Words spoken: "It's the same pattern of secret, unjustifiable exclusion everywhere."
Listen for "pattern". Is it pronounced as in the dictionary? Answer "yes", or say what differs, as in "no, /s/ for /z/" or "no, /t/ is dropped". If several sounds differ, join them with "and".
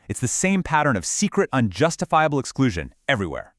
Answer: yes